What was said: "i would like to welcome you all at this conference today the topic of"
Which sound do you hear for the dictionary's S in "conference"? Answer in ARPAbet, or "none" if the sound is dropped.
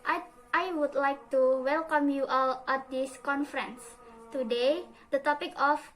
S